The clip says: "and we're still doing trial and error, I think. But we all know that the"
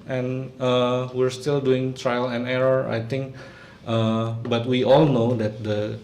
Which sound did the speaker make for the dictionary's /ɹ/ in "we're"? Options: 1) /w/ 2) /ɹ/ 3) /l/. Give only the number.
2